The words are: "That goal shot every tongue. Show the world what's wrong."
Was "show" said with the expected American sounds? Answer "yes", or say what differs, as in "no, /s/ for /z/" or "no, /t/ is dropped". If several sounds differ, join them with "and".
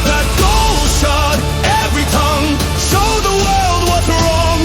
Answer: no, /s/ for /ʃ/